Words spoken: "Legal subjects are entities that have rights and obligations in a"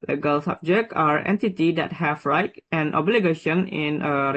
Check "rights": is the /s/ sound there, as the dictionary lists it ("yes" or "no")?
no